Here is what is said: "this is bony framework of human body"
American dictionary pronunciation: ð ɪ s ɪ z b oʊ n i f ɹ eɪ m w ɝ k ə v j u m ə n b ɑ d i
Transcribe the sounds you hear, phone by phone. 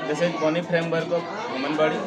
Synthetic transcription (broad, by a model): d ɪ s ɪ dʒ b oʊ n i p ɹ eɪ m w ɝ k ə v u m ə n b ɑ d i